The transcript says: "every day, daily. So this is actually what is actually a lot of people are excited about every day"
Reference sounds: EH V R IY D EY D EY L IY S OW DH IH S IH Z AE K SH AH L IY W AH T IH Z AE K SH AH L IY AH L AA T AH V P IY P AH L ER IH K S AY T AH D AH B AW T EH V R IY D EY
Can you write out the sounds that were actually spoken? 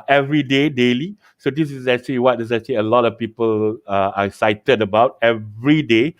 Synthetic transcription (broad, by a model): EH V R IY D EY D EY L IY S OW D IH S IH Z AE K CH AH L IY W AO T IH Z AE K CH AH L IY AH L AA T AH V P IY P AH L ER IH S AY T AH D AH B AW T EH V R IY D EY